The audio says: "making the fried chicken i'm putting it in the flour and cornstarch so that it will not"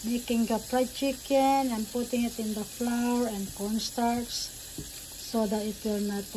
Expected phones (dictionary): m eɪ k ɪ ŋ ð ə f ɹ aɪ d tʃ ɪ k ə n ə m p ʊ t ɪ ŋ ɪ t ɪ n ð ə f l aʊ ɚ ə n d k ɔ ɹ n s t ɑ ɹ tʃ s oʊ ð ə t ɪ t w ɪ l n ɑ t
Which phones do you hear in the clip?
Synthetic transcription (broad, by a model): m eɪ k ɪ ŋ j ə p ɹ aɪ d tʃ ɪ k ə n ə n p ʊ t ɪ ŋ ɪ t ɪ n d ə f l aʊ ɚ ə n d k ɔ n s t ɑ ɹ s s oʊ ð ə t ɪ t w ɪ l n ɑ t